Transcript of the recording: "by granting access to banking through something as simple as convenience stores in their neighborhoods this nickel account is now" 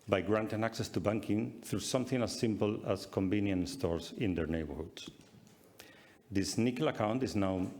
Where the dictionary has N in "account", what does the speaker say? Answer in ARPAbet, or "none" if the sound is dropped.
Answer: N